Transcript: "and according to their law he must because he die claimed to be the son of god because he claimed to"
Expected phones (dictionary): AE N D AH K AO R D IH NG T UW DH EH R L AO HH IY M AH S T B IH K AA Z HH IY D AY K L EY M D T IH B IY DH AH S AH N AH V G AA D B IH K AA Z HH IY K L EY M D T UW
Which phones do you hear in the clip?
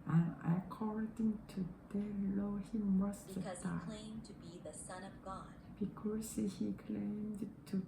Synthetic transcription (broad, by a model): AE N AH K AO R D IH NG T UW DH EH L AO HH IY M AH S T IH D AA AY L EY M T IH B IY DH AH S AH N AH V G AA D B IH K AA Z HH IY K L EY M D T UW